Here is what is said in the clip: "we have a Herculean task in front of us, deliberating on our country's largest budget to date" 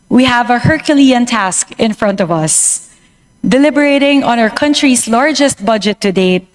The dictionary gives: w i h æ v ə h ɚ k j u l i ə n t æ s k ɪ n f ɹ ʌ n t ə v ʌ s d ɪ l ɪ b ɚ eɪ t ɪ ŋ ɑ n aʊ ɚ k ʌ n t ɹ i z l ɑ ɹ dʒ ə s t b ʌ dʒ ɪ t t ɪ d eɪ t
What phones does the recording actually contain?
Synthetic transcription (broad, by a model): w i h æ v ə h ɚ k j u l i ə n t æ s k ɪ n f ɹ ʌ n t ə v ʌ s d ɪ l ɪ b ɚ eɪ t ɪ ŋ ɑ n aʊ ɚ k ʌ n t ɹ i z l ɑ ɹ dʒ ə s t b ʌ dʒ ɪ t t ɪ d eɪ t